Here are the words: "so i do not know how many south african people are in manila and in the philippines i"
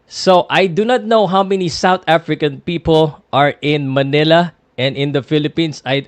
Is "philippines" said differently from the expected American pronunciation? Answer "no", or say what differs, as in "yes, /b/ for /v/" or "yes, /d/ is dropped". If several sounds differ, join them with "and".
yes, /s/ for /z/